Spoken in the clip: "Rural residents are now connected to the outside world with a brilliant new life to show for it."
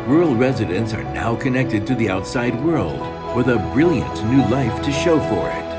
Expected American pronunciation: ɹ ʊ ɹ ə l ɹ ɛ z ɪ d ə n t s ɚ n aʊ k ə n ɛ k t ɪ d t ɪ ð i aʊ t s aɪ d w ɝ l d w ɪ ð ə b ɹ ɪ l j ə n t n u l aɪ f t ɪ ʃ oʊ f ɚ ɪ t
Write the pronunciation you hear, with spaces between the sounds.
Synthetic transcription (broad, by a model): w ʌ ɹ l ɹ ɛ z ɪ d ə n t s ɚ n aʊ k ə n ɛ k t ɪ d t ɪ ð i aʊ t s aɪ d w ɝ l d w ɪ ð ə b ɹ ɪ l j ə n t n u l aɪ f t ɪ ʃ oʊ f ɚ ɪ t